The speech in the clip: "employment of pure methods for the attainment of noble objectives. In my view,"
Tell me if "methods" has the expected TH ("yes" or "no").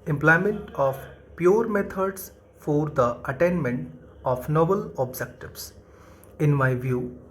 no